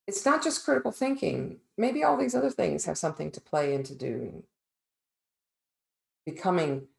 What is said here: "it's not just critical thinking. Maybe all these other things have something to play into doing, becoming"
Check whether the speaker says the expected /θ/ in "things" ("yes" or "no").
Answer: yes